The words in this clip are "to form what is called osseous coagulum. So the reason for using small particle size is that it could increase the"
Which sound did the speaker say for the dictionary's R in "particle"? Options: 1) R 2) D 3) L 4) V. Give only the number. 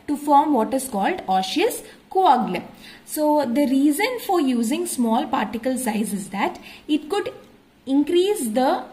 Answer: 1